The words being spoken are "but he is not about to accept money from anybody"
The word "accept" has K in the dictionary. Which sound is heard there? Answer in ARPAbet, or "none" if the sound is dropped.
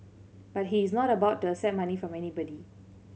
none